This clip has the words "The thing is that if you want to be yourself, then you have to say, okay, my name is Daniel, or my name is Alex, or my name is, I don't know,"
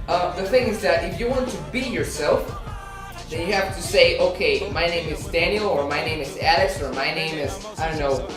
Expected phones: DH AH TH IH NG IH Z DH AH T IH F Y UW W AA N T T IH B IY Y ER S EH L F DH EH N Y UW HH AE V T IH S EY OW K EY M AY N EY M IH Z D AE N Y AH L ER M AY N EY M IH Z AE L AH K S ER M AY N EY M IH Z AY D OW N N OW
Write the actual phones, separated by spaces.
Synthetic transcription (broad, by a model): DH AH TH IH NG IH Z DH AH T IH F Y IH W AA N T T IH B IY Y ER S EH L F DH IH N Y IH HH AE F T IH S EY OW K EY M AY N EY M IH Z D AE N Y L ER M AY N EY M IH Z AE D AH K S ER M AY N EY M IH Z AY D OW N N OW